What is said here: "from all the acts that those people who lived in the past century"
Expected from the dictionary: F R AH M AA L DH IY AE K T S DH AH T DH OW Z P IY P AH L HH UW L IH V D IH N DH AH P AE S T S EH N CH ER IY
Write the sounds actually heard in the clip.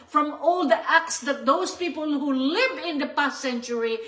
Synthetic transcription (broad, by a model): F R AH M AA L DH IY AE K T S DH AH T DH OW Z P IY P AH L HH UW L IH V IH N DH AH P AE S T S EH N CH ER IY